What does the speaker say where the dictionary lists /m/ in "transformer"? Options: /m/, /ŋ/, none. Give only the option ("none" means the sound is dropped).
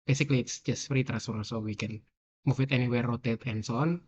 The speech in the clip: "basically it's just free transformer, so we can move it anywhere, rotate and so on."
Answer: none